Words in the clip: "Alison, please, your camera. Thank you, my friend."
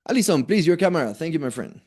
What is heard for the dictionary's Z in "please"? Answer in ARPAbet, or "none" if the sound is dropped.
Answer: Z